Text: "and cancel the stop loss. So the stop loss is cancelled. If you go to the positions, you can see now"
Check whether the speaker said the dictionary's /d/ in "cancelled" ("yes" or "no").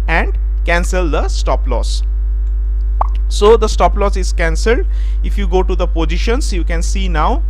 yes